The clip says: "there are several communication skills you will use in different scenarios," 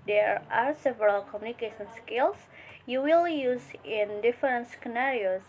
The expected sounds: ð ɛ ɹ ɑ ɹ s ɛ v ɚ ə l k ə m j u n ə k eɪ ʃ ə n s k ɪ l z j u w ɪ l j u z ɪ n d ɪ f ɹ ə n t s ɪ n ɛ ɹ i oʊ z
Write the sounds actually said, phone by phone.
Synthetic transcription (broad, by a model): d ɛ ɹ ɑ ɹ s ɛ v ɚ ə l k ə m j u n ə k eɪ ʃ ə n s k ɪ l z j u w ɪ l j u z ɪ n d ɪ f ɹ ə n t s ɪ n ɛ ɹ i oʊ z